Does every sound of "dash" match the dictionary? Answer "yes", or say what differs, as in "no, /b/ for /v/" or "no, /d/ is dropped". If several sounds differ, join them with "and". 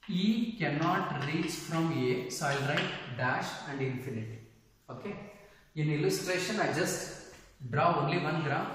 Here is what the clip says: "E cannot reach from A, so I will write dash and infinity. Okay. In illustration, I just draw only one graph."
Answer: yes